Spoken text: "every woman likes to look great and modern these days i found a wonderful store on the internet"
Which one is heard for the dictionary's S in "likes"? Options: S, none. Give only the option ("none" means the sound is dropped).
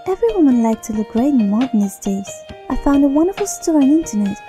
none